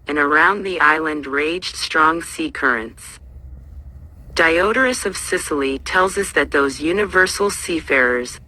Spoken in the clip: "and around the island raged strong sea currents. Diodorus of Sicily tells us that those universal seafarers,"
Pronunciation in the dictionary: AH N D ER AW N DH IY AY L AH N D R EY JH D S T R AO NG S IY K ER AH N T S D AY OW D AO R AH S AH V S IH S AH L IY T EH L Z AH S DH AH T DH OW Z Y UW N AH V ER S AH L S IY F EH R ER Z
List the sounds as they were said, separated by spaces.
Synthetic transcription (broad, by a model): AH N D ER AW N DH IY AY L AH N D R EY JH D S T R AO NG S IY K ER AH N T S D AY OW D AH R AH S AH V S IH S L IY T EH L Z AH S DH AH T DH OW Z Y UW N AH V ER S L S IY F EH R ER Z